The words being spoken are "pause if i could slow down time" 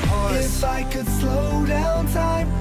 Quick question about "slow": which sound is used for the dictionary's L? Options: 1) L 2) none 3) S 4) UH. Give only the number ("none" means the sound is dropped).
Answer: 1